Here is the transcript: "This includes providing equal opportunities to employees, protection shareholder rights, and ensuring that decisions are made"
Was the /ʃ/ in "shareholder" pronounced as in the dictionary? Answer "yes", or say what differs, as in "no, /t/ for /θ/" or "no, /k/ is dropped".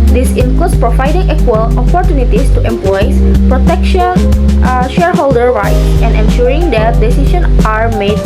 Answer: yes